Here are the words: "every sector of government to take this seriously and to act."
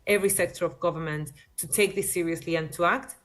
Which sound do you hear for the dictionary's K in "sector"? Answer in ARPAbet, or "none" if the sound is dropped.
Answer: K